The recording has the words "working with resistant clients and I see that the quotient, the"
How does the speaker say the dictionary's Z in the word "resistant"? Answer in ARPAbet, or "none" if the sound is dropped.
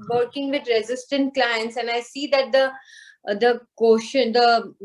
Z